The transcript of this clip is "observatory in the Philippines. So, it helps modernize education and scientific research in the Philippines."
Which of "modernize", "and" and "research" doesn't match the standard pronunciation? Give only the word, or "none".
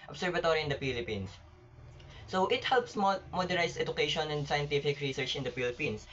modernize